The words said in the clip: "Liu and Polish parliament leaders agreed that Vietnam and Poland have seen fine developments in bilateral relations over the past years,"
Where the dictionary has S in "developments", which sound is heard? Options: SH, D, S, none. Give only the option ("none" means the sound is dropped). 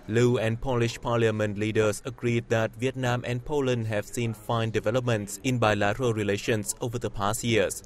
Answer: S